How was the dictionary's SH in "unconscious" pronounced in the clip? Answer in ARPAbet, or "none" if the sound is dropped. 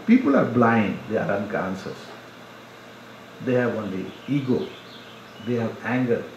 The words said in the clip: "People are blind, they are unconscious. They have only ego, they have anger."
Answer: S